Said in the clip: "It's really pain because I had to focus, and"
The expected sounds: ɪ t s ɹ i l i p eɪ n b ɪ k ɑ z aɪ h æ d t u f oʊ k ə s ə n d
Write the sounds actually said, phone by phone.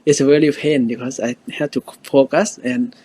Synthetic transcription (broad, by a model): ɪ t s ɹ i l i f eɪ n b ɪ k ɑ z aɪ h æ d t u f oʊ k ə s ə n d